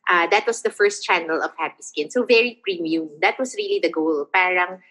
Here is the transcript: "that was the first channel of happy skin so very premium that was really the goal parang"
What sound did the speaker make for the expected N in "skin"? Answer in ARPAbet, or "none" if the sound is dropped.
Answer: N